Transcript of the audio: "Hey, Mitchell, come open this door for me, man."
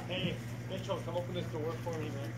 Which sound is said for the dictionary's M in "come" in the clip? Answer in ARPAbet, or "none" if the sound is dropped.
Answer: none